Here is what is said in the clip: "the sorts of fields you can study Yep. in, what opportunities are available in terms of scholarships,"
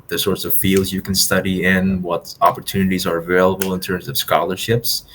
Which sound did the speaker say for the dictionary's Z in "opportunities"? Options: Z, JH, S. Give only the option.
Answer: Z